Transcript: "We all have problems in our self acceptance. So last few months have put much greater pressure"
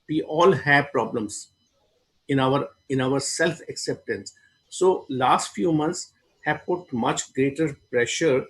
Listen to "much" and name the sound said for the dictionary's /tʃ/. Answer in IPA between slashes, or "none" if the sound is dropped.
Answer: /tʃ/